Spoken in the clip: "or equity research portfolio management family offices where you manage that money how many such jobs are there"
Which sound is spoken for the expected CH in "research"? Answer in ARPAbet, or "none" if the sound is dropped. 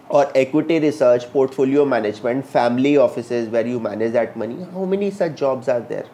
CH